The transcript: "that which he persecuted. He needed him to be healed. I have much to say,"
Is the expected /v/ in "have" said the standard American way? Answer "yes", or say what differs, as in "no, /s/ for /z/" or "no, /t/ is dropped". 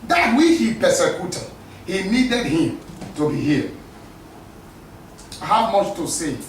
no, /w/ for /v/